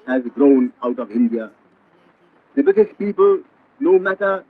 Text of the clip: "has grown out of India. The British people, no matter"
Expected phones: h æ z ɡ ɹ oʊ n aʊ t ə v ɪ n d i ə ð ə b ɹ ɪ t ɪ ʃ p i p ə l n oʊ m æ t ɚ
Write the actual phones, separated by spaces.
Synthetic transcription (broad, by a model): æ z ɡ ɹ oʊ n aʊ t ə v ɪ n d i ə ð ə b ɪ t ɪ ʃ p i p ə l n oʊ m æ t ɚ